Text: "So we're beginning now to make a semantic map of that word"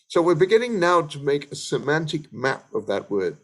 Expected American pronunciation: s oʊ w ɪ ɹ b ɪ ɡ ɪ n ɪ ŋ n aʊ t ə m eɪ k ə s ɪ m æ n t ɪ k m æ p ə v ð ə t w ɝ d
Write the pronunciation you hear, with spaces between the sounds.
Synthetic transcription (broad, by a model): s oʊ w ɪ ɹ b ɪ ɡ ɪ n ɪ ŋ n aʊ t ə m eɪ k ə s ɪ m æ n t ɪ k m æ p ə v ð ə t w ɝ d